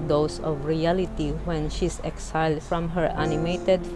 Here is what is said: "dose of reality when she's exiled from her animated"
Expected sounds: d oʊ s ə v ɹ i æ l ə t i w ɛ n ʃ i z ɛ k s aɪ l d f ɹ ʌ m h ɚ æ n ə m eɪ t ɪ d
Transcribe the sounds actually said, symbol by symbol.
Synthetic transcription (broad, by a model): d oʊ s ə v ɹ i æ l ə t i w ɛ n ʃ i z ɛ k s aɪ l d f ɹ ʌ m h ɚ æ n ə m eɪ t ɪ d